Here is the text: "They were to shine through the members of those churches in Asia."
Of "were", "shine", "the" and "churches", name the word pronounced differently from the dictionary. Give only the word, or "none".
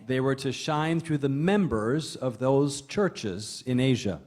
none